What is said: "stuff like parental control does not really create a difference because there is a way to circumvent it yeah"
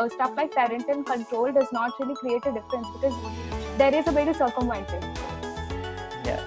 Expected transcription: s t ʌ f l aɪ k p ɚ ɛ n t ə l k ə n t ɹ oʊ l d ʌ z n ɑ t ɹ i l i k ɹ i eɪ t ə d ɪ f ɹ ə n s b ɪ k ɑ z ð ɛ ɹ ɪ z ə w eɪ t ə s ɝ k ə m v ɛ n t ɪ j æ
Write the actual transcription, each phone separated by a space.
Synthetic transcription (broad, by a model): s t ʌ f l aɪ k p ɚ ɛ n t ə n k ə n t ɹ oʊ l d ʌ z n ɑ t ɹ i l i k ɹ i eɪ t ə d ɪ f ɹ ə n s b ɪ k ɑ z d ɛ ɹ ɪ z ə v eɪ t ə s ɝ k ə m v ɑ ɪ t ɪ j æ